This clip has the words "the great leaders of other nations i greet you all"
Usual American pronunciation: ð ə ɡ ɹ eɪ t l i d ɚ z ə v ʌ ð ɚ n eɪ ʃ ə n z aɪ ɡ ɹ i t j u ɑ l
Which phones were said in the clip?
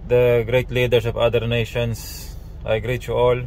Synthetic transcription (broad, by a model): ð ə ɡ ɹ eɪ t l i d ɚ s ə v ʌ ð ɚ n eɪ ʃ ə n s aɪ ɡ ɹ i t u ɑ l